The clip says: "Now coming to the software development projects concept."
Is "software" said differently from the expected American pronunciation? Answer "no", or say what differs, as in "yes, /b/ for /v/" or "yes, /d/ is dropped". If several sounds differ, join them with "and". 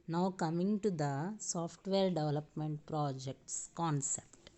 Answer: yes, /p/ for /f/